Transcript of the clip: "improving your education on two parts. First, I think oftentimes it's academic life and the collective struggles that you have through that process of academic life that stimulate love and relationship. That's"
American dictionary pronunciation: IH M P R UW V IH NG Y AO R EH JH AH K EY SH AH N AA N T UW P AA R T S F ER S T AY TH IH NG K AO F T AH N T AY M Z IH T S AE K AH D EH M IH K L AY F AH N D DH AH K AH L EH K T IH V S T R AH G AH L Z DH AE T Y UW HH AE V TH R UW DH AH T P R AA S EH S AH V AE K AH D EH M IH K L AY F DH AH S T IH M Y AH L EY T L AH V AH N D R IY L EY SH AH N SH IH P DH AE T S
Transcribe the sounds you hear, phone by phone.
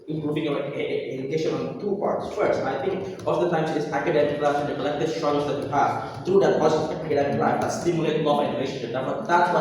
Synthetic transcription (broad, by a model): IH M P R UW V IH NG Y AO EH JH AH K EY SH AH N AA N T UW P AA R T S F ER S T AY T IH NG K AO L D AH T AY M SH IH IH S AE K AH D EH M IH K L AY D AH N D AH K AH L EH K T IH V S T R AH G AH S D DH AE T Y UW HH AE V T R UW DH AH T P AA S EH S AE K AH D EH M IH K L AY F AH S T IH M Y AH L EY T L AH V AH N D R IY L EY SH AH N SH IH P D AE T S